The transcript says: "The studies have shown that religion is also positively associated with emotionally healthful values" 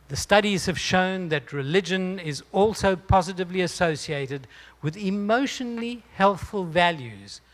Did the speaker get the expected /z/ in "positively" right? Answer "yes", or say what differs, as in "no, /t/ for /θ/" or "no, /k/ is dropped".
yes